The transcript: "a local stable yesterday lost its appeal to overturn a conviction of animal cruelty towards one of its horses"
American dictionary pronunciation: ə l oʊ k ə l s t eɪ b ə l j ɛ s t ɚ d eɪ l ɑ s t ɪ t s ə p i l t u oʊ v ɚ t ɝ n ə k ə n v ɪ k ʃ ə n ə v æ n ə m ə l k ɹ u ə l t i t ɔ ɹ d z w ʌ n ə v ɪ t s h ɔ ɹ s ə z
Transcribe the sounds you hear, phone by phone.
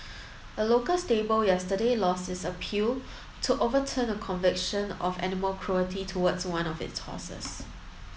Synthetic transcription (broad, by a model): ə l oʊ k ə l s t eɪ b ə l j ɛ s t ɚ d eɪ l ɑ s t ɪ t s ə p i l t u oʊ v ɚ t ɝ n ə k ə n v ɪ k ʃ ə n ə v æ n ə m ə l k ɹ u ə t i t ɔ w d s w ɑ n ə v ɪ t s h ɔ s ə s